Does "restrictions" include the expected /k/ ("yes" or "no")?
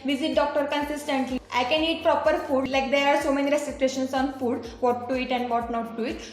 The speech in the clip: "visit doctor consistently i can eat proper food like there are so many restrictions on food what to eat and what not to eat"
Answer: no